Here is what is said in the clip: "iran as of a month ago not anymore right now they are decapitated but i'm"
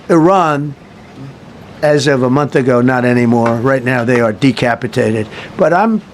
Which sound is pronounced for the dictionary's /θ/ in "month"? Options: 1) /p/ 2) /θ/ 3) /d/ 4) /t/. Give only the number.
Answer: 2